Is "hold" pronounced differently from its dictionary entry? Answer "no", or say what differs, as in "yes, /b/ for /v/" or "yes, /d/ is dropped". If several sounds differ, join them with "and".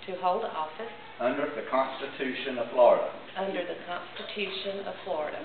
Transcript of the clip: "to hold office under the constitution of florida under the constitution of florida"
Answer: no